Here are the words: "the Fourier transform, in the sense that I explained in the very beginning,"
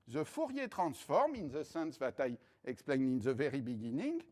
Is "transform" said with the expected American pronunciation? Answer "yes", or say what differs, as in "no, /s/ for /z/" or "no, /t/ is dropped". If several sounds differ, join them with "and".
no, /n/ is dropped